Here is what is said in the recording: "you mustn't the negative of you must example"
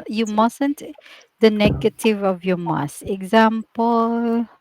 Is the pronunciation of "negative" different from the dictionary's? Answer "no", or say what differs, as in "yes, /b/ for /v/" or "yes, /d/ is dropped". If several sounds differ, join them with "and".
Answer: no